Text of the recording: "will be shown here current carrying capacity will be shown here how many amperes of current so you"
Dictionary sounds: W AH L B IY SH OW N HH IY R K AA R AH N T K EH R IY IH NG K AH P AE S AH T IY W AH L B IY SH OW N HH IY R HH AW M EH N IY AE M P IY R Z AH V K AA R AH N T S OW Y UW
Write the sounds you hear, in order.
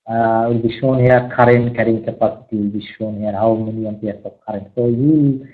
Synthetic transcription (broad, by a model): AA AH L B IY SH OW N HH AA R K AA R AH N K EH R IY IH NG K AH P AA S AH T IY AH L B IY SH OW N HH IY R HH AW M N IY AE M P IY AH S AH P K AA R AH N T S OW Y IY